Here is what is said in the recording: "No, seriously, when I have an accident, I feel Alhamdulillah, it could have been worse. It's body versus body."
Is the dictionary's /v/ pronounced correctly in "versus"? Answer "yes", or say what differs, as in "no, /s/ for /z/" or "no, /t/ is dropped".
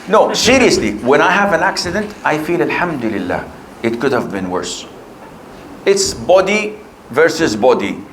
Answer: yes